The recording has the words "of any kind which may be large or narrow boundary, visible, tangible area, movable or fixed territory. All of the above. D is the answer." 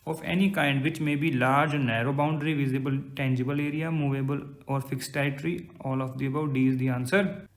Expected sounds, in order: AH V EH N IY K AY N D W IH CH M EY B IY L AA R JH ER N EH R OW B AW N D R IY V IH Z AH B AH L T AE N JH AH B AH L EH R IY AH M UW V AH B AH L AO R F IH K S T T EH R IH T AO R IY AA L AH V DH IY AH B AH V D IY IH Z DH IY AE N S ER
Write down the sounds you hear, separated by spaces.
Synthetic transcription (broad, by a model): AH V EH N IY K AY N D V IH CH M EY B IY L AA R JH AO N EH R OW B AW N D R IY V IH Z AH B AH L T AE N JH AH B AH L EH R IY AH M UW V AH B AH L AO R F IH K S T T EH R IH T R IY AA L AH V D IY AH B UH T D IY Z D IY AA N S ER